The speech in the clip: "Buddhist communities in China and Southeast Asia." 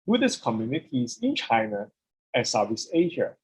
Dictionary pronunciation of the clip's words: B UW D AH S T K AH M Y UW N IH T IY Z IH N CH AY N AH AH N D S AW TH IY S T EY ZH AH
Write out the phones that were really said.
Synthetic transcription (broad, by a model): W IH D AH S K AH M Y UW N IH T IY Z IH N CH AY N AH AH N S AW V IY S EY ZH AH